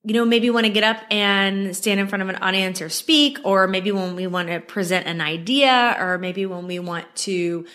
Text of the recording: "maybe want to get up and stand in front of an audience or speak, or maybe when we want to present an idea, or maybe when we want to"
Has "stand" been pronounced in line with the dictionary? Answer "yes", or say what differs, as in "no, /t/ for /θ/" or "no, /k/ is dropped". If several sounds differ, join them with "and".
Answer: yes